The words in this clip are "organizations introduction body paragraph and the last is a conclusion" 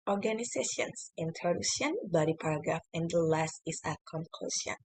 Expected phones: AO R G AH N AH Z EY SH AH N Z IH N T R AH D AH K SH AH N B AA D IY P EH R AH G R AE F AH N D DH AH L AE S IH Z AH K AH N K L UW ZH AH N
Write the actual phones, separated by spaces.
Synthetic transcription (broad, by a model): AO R G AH N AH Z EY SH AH N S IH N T AH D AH SH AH N B AA D IY P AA R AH G R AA F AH N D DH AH L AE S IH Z AH K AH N K L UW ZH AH N